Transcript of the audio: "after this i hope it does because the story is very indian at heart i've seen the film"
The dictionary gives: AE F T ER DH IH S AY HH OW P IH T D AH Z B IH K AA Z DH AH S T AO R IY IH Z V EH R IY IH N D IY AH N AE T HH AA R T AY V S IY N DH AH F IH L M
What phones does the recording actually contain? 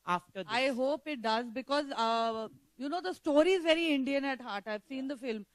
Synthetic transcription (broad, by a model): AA F T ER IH AY HH OW P IH T D AH Z B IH K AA Z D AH S T AO R IY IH Z V EH R IY IH N D IY AH N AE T HH AA R T AY V S IY N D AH F IH L M